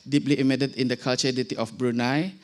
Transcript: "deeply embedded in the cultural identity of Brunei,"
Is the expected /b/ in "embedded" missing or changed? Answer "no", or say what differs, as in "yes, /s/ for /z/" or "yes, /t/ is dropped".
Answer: yes, /b/ is dropped